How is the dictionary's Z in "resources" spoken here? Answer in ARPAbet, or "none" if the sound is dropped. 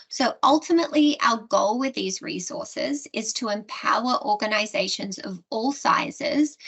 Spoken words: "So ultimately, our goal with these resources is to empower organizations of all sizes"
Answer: Z